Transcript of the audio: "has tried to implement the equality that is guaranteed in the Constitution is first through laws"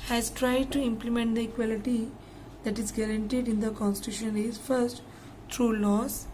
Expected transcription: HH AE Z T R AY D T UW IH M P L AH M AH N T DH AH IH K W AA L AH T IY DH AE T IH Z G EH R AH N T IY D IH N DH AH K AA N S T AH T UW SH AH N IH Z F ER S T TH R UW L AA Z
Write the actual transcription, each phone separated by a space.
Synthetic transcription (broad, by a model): HH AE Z T R AY D T UW IH M P L AH M AH N T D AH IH K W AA L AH T IY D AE T IH Z G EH R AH N T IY D IH N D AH K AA N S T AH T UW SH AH N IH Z F ER S T T R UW L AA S